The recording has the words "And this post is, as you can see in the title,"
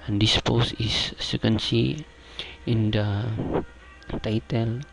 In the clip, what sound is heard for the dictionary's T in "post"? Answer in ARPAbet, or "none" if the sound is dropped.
none